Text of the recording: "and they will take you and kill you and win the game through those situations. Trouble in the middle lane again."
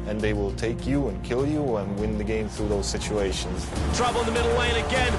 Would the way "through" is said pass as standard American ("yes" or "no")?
yes